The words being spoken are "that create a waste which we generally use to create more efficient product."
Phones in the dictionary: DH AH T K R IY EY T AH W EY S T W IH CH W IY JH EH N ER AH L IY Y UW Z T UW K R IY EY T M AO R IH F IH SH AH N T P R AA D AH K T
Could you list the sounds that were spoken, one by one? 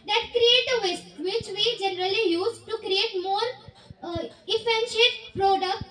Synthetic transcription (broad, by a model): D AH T K R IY EY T AH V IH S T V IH CH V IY JH EH N ER AH L IY Y UW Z T UW K R IY EY T M AO R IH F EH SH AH T P R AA D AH K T